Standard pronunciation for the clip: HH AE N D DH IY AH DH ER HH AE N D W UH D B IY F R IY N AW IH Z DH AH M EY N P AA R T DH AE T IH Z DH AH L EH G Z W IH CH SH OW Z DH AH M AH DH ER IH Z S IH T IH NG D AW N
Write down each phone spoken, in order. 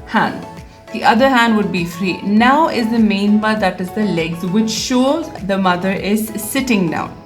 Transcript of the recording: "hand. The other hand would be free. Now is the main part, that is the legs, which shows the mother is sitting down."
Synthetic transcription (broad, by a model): HH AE N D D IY AH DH ER HH AE N D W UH D B IY F R IY N AW IH Z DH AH M EY N B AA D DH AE T IH Z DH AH L EH G Z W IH CH SH OW Z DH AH M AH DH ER IH Z S IH T IH NG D AW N